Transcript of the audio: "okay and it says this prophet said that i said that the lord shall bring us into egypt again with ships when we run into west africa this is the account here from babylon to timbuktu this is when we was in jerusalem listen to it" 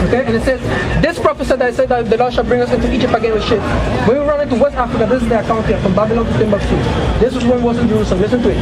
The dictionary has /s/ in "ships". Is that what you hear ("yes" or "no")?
no